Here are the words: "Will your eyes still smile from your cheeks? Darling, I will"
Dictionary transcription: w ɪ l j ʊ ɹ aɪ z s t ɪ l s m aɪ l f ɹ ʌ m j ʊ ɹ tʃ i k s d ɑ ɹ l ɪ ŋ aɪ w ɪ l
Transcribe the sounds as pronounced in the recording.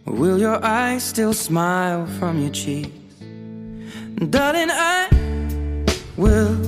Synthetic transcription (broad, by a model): w ɪ l j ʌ ɹ aɪ z s t ɪ l s m aɪ l f ɹ ʌ m j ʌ ɹ tʃ i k d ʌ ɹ ɪ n aɪ w ɪ l